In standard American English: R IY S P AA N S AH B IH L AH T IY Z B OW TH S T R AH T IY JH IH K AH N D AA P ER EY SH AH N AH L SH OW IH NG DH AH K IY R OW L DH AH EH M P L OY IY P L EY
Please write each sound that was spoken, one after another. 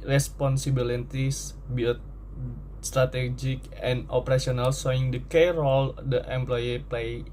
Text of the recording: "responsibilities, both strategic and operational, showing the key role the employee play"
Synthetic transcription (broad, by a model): R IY S P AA N S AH B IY L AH T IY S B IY T S T R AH T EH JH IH K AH N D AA P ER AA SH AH N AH L S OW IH NG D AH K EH R OW L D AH EH M P L OY IY P L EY